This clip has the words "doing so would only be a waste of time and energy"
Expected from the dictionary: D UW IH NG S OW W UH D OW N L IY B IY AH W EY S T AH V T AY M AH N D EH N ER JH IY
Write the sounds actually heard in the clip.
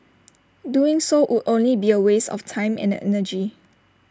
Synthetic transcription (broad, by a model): D UW IH NG S OW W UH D OW N L IY B IY AH W EY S AH F T AY M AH N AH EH N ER JH IY